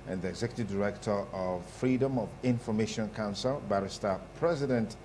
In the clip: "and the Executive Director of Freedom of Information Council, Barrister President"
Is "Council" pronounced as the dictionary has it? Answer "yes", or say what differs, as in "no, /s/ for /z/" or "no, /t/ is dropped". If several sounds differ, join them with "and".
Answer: yes